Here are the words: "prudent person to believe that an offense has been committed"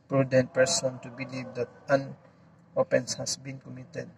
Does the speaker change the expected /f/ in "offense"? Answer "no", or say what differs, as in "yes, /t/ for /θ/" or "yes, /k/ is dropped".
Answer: yes, /p/ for /f/